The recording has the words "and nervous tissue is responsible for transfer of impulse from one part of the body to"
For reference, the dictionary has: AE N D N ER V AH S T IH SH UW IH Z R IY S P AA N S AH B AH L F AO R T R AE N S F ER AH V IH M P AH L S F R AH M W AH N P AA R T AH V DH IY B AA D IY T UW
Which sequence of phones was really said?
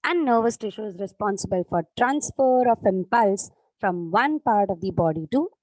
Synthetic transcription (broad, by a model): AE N D N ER V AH S T IH SH UW IH Z R IY S P AA N S AH B AH L F AO R T R AE N S F ER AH F IH M P AH L S F R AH M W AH N P AA R T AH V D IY B AA D IY T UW